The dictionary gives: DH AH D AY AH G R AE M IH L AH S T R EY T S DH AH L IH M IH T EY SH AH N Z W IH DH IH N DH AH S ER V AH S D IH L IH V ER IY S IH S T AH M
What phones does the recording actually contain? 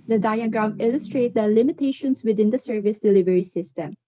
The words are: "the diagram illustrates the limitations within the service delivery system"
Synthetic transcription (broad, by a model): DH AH D AY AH G R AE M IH L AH S T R EY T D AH L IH M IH T EY SH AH N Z W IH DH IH N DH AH S ER V AH S D IH L IH V ER IY S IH S T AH M